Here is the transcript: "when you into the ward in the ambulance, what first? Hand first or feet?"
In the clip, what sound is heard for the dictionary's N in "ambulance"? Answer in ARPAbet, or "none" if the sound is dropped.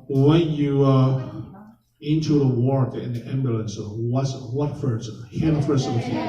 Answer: N